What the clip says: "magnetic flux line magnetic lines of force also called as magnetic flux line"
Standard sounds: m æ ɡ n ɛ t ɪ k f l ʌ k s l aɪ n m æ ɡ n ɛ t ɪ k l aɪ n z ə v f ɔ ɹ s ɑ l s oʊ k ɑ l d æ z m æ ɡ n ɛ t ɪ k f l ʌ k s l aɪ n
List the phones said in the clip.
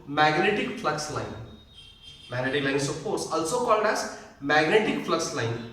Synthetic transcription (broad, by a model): m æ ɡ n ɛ t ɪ k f l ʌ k s l aɪ n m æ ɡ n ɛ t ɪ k l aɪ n s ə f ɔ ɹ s ɑ l s oʊ k ɑ l d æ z m æ ɡ n ɛ t ɪ k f l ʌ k s l aɪ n